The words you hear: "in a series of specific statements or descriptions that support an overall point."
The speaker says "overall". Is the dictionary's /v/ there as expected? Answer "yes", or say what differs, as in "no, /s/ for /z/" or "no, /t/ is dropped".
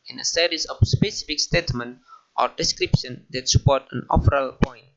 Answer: no, /p/ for /v/